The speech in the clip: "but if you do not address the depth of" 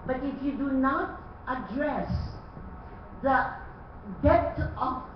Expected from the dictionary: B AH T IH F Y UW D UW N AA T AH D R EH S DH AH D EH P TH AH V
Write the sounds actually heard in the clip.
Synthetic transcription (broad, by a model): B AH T IH F Y UW D UW N AA T AH D R EH S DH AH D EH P T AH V